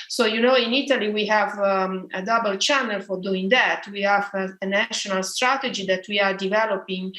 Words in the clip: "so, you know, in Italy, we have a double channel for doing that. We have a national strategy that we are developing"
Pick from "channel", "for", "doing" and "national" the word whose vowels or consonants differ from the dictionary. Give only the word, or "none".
none